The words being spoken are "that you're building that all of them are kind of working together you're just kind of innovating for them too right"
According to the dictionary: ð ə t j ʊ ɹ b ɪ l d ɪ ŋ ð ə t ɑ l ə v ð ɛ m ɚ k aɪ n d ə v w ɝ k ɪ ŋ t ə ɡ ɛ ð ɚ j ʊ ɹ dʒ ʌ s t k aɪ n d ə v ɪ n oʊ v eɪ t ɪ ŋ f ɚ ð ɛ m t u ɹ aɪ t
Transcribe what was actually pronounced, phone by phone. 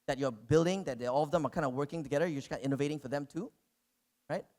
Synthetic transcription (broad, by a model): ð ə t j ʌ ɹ b ɪ l d ɪ ŋ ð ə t ɑ l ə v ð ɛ m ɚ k aɪ n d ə w ɝ k ɪ ŋ t ə ɡ ɛ ð ɚ j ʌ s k aɪ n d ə ɪ n oʊ v eɪ t ɪ ŋ f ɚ ð ɛ m t u ɹ aɪ t